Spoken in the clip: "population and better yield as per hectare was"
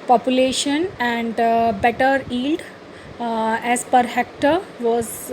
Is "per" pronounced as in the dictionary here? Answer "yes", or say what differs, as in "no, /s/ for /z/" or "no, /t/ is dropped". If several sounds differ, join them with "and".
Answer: yes